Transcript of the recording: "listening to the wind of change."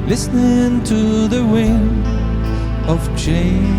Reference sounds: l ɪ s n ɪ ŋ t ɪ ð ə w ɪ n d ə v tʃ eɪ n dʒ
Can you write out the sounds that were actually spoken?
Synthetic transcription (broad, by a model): l ɪ s n ɪ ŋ t ɪ ð ə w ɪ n ə v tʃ eɪ